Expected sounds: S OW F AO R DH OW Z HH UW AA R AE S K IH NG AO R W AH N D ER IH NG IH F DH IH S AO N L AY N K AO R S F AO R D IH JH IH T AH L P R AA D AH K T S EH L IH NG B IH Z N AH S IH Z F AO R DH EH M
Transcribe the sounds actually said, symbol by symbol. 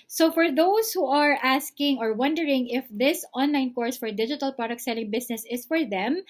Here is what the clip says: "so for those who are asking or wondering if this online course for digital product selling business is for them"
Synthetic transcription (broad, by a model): S OW F AO R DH OW S HH UW AA R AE S K IH NG AO R W AH N D ER IH NG IH F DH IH S AO N L AY N K AO R S F AO R D IH JH IH T AH L P R AA D AH K T S EH L IH NG B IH S N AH S IH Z F AO R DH EH M